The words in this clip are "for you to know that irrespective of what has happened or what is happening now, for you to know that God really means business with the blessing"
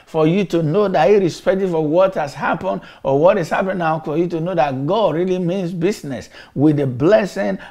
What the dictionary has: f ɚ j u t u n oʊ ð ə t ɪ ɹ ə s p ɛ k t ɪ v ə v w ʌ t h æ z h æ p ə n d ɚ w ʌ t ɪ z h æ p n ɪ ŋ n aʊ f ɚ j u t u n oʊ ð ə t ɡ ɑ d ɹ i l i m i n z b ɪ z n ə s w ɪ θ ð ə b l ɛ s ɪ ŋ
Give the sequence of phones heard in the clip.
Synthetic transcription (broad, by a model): f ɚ j u t u n oʊ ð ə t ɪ ɹ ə s p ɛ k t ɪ f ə w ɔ t h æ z h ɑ p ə n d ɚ w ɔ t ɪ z h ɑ p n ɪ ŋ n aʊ f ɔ j u t u n oʊ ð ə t ɡ ɑ d ɹ i l i m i n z b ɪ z n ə s w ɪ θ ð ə b l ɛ s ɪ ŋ